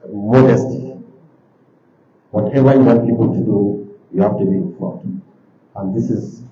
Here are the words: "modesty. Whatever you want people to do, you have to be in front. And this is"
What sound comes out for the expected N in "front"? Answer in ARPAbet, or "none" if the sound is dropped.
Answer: none